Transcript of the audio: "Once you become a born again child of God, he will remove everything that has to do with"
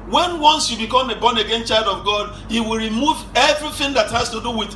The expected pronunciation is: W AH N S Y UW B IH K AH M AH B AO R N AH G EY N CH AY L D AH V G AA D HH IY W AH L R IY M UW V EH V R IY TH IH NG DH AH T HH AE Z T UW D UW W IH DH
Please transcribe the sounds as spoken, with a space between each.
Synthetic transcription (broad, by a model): W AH N S Y UW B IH K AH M AH B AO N AH G EY N CH AY L D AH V G AA D HH IY W AH L R IY M UW V EH V R IY TH IH NG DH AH T HH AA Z T UW D UW W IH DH